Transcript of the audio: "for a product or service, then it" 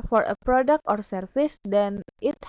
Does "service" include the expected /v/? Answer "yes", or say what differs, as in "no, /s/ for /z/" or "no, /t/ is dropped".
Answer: no, /f/ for /v/